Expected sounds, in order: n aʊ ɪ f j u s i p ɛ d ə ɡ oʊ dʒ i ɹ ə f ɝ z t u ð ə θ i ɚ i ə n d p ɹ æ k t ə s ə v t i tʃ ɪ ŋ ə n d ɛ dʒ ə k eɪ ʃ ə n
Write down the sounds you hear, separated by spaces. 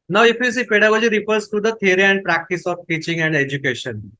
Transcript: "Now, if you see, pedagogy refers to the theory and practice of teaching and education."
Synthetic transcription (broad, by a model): n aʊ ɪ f j u s i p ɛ d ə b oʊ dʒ i ɹ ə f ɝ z t u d ə t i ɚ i ə n d p ɹ æ k t ə s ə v t i tʃ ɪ ŋ ə n d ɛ dʒ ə k eɪ ʃ ə n